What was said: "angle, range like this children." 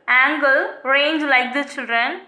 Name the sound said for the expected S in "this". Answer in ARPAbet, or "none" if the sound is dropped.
none